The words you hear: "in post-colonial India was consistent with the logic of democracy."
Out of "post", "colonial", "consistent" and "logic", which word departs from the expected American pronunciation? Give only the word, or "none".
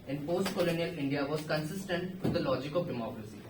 none